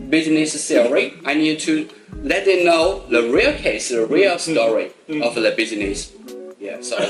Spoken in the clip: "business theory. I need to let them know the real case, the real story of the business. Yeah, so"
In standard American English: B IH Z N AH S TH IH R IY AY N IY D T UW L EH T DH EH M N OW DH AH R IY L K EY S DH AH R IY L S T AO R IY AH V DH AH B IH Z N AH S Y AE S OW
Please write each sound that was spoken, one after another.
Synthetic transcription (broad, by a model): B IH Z N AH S S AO R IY AY N IY D T UW L EH T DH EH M N OW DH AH R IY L K EY S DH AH R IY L S T AO R IY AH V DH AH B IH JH N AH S Y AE S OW